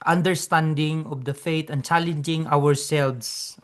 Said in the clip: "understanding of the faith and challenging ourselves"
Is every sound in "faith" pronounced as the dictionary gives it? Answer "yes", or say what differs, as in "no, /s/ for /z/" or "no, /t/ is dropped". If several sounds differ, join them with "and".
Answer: no, /t/ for /θ/